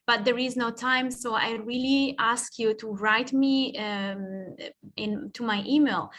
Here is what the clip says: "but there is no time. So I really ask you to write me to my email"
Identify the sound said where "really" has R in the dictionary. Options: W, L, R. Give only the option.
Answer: R